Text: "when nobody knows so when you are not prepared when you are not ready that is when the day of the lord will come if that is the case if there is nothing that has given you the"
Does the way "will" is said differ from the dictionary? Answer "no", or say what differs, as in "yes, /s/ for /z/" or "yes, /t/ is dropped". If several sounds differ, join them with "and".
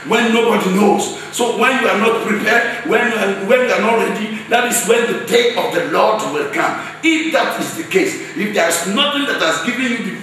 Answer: no